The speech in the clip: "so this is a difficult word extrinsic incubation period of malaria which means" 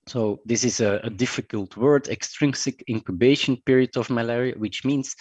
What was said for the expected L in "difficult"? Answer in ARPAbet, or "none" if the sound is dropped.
L